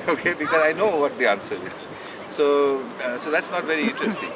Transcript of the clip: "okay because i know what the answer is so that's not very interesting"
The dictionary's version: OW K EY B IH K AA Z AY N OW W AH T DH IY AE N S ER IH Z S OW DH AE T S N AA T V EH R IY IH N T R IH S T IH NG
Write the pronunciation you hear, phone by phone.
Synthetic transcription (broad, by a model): OW K EY B IH K AA Z AY N OW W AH T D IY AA N S ER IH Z S OW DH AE T S N AA T V EH R IY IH N T R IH S T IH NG